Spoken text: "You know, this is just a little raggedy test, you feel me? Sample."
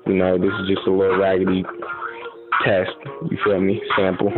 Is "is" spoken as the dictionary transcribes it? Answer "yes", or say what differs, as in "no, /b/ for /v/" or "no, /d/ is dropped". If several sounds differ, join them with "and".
yes